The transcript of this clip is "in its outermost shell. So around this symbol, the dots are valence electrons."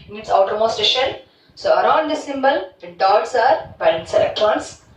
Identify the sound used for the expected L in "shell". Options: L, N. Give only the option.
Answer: N